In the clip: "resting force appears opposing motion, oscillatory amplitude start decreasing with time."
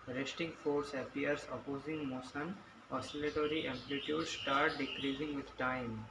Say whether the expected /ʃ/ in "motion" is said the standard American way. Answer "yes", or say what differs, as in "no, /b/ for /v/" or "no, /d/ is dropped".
no, /s/ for /ʃ/